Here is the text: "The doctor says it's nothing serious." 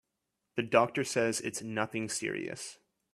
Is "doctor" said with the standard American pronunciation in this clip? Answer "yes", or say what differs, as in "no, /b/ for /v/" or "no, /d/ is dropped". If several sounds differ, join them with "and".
yes